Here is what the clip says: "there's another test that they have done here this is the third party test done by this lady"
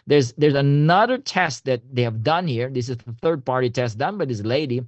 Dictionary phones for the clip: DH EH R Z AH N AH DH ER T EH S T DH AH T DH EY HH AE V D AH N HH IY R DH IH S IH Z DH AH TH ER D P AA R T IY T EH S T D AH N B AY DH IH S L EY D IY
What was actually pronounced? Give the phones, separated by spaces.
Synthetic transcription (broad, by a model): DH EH R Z AH N AH DH ER T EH S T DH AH T DH EY HH AE V D AH N HH IY R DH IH S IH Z DH AH TH ER D P AA R T IY T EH S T D AH N B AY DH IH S L EY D IY